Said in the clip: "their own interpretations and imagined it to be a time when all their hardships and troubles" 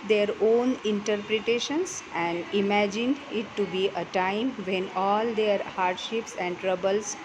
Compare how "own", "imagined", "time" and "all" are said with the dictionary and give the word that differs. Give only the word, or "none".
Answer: none